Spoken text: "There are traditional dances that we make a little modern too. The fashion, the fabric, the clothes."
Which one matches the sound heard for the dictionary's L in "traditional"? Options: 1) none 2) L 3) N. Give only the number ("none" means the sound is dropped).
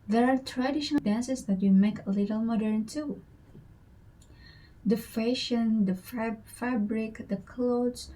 3